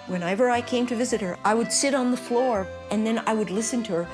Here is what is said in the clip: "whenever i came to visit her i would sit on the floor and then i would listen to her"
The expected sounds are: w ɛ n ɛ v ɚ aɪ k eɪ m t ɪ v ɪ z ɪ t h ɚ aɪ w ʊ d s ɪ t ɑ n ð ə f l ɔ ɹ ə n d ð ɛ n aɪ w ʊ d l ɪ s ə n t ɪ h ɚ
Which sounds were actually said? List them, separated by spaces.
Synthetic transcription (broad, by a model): w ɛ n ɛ v ɚ aɪ k eɪ m t ɪ v ɪ z ɪ t h ɚ aɪ w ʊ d s ɪ t n ð ə f l ɔ ɹ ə n ð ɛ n aɪ w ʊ d l ɪ s ə n t ɪ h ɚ